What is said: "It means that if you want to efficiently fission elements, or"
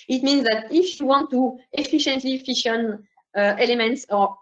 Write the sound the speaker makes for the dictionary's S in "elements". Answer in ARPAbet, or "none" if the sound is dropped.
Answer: S